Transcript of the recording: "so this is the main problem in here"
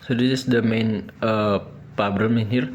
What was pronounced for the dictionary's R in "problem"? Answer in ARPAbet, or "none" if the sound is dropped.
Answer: none